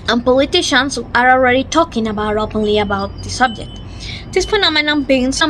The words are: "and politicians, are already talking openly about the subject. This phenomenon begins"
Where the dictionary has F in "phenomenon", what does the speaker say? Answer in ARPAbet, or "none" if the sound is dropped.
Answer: P